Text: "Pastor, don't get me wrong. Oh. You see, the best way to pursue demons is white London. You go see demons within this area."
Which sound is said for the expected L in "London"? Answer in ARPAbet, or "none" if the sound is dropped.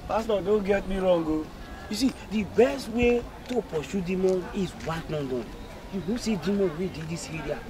N